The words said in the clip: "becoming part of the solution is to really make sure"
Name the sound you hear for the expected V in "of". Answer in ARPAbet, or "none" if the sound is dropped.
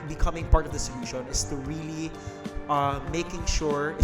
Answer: V